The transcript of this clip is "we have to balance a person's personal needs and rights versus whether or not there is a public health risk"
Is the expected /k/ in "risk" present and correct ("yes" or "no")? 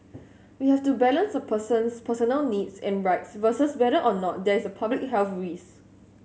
no